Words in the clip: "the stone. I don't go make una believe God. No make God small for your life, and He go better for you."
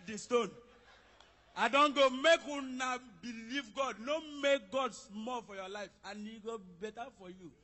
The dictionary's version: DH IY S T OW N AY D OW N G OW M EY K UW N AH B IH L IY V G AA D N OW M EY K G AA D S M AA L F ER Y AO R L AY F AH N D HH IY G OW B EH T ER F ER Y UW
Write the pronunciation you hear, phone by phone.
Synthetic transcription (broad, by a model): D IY S T OW N AY D OW N G OW M EY K UW N AH B IH L IY V G AA D N OW M EY K G AA D S M AA L F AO Y AO L AY F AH N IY G OW B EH T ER F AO Y UW